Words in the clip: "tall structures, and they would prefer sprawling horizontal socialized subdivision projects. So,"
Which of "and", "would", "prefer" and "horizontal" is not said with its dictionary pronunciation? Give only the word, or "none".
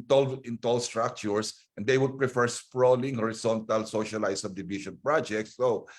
horizontal